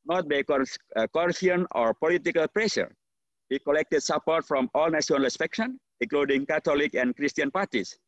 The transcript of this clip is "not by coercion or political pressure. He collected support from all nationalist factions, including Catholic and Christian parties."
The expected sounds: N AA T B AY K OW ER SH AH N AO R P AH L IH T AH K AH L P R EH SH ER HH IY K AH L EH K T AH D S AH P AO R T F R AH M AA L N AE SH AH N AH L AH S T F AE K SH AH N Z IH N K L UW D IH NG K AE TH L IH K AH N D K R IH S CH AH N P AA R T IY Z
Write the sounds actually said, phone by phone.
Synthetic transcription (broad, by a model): N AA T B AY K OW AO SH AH N AO R P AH L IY T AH K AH L P R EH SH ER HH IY K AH L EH K T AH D S AH P AO R T F R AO M AA L N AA S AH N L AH S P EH K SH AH N IH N K L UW D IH NG K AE T L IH K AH N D K R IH S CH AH N P AA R T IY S